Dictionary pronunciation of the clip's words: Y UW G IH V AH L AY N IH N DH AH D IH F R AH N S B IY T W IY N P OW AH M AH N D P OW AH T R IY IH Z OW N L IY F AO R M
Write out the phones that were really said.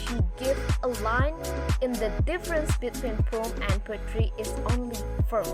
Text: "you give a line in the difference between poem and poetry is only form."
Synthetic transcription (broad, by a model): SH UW G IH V AH L AY N IH N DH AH D IH F R AH N S B IY T W IY N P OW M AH N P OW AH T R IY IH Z OW N L IY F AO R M